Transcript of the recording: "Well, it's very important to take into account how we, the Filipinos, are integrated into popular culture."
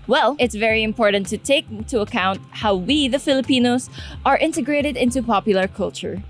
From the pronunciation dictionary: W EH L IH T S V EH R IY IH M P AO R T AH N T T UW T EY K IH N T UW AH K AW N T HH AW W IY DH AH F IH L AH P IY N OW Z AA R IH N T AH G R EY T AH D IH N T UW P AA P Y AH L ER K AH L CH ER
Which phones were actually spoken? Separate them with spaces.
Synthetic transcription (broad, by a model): W EH L IH T S V EH R IY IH M P AO R T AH N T T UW T EY IH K T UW AH K AW N T HH AW W IY DH AH F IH L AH P IY N OW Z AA R IH N T AH G R EY T AH D IH N T UW P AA P Y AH L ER K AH L CH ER